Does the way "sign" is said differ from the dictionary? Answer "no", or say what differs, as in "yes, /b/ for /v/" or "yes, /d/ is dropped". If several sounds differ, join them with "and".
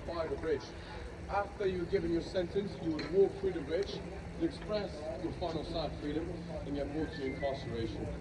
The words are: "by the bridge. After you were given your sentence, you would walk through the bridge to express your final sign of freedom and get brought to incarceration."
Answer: yes, /n/ is dropped